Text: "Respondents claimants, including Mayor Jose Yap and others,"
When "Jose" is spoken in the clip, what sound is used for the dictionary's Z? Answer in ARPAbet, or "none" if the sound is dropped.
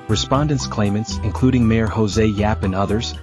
Z